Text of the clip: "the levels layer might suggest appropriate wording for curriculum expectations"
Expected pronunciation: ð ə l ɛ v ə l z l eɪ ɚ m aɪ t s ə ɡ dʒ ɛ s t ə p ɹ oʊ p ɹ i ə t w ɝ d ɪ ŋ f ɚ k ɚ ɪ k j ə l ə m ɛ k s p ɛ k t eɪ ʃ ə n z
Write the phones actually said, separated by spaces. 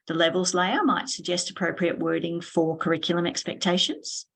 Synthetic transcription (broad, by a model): ð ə l ɛ v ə l z l eɪ ɚ m aɪ t s ə ɡ dʒ ɛ s t ə p ɹ oʊ p ɹ i ə t w ɝ d ɪ ŋ f ɚ k ɚ ɪ k j l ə m ɛ k s p ɛ k t eɪ ʃ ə n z